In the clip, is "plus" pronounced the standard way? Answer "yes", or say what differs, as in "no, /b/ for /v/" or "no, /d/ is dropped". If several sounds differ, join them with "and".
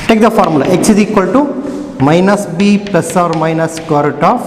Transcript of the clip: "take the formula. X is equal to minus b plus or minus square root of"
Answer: no, /l/ is dropped